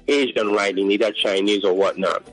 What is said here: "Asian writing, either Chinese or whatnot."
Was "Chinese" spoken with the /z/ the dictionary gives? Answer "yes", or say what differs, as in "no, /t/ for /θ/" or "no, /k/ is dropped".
yes